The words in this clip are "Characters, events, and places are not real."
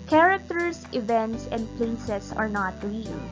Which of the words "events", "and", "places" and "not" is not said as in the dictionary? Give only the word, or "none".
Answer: places